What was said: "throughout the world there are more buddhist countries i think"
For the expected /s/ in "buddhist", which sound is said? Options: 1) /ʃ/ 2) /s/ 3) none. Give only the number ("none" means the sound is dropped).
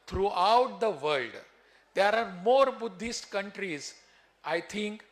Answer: 2